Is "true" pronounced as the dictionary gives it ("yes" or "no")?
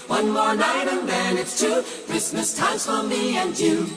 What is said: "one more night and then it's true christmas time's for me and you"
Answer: no